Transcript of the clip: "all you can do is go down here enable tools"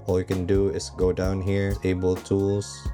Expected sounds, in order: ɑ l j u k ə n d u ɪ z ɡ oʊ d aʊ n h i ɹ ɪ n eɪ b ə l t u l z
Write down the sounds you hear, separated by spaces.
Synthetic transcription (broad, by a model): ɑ l j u k ə n d u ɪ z ɡ oʊ d aʊ n h i ɹ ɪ ɪ b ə l t u l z